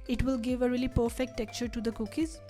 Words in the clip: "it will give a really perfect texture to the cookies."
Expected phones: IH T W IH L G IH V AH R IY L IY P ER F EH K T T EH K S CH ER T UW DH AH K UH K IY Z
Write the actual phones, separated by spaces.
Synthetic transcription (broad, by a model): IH T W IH L G IH V AH R IY L IY P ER F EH K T T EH K CH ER T UW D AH K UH K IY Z